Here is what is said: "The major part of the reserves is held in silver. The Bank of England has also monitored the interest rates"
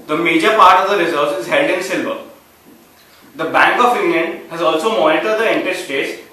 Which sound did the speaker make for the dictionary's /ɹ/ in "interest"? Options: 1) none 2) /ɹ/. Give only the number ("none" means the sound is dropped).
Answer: 1